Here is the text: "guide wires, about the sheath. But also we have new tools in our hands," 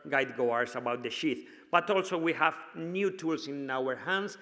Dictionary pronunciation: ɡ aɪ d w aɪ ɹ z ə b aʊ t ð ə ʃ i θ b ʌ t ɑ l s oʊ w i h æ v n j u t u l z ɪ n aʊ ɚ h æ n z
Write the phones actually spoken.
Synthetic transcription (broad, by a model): ɡ aɪ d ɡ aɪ ɹ s ə b aʊ t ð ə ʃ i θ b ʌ t ɑ l s oʊ w i h æ v n j u t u l s ɪ n aʊ ɚ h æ n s